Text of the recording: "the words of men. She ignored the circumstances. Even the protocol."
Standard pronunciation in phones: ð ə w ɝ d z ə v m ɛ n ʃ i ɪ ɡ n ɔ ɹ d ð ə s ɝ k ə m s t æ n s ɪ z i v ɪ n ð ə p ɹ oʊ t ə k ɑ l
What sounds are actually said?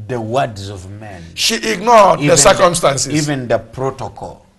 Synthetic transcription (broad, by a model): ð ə w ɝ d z ə v m ɛ n ʃ i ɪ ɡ n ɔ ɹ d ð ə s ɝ k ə m s t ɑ n s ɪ i v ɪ n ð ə p ɹ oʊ t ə k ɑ l